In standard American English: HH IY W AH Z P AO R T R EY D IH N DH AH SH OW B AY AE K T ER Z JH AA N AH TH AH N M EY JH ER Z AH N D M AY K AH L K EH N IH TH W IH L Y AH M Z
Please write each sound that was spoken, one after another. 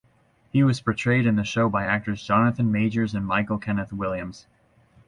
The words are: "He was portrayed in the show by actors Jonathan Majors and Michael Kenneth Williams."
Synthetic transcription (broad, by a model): HH IY W AH Z P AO R T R EY D IH N DH AH SH OW B AY AE K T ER S JH AA N AH TH AH N M EY JH ER Z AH N M AY K L K EH N IH TH W IH L Y AH M Z